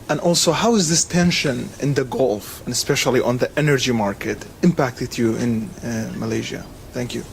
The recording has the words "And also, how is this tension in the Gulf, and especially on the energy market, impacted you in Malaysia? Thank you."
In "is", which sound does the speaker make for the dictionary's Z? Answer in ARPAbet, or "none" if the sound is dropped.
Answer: Z